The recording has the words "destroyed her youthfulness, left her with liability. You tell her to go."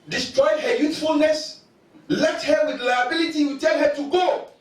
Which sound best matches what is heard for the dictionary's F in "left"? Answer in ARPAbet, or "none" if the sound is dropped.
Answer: none